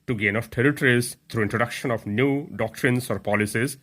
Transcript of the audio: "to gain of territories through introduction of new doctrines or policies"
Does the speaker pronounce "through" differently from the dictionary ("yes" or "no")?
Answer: yes